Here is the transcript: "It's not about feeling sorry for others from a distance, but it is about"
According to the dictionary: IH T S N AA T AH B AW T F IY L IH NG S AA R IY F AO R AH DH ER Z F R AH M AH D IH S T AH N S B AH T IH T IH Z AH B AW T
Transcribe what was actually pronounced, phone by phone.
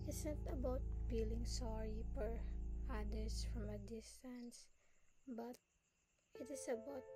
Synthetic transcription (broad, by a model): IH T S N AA T AH B AW T F IY L IH NG S AA R IY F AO R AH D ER S F R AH M AH D IH S T AH N S B AH T IH T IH S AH B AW T